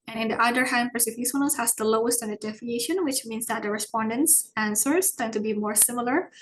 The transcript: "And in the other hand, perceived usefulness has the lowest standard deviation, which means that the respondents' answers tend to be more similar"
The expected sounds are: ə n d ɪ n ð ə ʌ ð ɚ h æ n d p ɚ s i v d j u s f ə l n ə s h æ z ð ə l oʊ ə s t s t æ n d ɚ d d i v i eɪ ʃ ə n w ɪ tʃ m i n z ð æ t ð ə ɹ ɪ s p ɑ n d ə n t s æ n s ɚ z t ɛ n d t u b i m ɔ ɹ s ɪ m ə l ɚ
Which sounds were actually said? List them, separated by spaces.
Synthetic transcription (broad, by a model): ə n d ɪ n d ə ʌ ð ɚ h æ n d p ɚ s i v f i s ə n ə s h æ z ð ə l oʊ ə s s t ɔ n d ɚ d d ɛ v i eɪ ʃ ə n w ɪ tʃ m i n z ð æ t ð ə ɹ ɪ s p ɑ n d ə n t s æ n s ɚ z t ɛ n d t u b i m ɔ ɹ s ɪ m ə l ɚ